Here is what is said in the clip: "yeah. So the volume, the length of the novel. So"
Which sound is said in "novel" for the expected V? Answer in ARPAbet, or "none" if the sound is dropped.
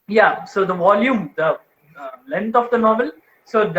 V